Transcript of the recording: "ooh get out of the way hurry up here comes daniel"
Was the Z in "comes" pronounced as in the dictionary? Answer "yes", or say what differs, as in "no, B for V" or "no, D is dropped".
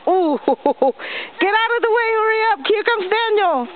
no, S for Z